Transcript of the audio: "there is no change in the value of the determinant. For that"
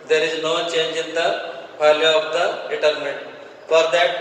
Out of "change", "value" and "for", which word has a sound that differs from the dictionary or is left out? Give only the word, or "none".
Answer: value